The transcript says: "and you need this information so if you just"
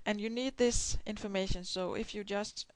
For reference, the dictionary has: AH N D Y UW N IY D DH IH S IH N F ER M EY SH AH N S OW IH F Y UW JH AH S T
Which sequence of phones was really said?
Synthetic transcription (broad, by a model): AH N Y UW N IY D DH IH S IH N F ER M EY SH AH N S OW IH F Y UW JH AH S T